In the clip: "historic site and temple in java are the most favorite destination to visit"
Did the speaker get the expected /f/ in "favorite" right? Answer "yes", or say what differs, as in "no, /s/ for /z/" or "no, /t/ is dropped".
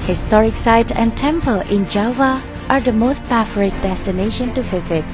no, /p/ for /f/